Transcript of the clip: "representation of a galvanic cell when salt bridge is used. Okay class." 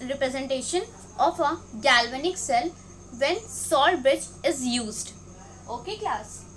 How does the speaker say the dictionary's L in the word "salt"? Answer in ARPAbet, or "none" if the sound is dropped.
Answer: none